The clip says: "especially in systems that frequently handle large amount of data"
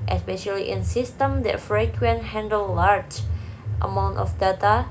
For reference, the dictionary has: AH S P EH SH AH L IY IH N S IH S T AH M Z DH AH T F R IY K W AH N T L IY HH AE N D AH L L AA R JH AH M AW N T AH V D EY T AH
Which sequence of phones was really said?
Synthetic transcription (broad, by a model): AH S P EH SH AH L IY IH N S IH S T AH M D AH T F R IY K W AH N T HH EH N D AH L L AA R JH AH M AW N T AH F D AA T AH